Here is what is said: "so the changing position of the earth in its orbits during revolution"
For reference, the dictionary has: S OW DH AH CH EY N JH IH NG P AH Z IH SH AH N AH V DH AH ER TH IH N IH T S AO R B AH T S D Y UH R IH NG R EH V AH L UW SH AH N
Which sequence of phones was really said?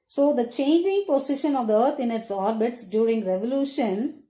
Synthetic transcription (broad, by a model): S OW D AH CH EY N JH IH NG P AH S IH SH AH N AH V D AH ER T IH N IH T S AO R B AH T S D Y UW R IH NG R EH V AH L UW SH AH N